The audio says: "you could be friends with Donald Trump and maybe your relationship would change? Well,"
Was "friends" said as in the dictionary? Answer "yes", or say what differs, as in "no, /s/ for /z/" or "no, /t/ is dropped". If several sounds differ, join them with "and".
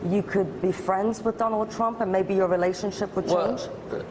yes